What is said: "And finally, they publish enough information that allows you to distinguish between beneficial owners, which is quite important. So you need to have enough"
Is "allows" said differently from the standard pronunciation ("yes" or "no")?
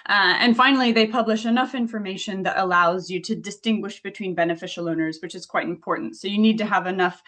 no